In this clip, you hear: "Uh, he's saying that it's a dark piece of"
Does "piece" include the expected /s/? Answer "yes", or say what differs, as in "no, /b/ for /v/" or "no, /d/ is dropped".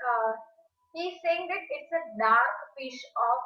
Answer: no, /ʃ/ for /s/